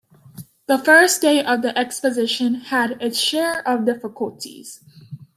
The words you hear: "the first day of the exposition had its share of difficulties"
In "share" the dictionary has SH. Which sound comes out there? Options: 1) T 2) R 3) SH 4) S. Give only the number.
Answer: 3